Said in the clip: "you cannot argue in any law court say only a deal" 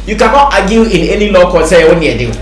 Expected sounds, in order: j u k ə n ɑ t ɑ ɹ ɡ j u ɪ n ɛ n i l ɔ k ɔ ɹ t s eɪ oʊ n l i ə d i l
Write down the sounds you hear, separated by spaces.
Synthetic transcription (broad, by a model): j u k ə n ɑ t ɑ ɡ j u ɪ n ɛ n i l ɔ k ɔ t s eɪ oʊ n i ə d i